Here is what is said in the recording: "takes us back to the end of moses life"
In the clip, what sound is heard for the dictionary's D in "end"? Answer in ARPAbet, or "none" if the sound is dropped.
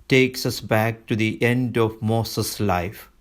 D